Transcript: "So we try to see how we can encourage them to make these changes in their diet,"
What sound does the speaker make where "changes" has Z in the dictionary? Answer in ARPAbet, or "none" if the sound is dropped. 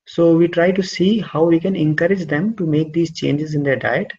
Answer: Z